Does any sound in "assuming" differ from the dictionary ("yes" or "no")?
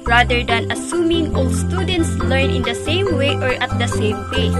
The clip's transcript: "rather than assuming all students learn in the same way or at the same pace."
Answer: no